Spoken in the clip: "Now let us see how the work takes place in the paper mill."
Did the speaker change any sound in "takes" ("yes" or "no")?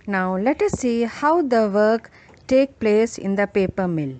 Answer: yes